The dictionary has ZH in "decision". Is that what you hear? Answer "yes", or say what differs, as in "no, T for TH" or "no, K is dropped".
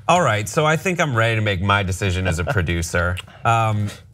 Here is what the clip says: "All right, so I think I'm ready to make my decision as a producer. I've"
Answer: yes